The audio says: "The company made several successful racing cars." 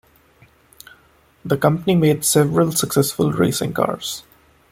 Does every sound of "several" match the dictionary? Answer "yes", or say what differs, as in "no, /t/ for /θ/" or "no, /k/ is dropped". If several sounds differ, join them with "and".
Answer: yes